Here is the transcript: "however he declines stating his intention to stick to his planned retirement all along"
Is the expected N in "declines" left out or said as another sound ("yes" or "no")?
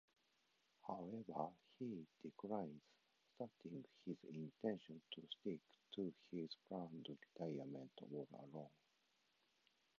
yes